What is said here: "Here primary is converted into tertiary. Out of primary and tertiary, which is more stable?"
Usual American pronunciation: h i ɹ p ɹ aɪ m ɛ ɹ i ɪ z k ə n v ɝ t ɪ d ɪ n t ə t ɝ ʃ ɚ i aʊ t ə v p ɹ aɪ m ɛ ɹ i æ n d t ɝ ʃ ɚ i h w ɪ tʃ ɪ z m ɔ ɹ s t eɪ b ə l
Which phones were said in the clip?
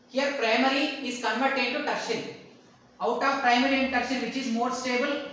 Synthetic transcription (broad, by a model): h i ɹ p ɹ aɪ m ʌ ɹ i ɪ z k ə n v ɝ t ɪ d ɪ t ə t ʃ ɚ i aʊ t ə v p ɹ aɪ m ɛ ɹ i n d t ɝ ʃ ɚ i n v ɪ tʃ ɪ z m ɔ ɹ s t eɪ b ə l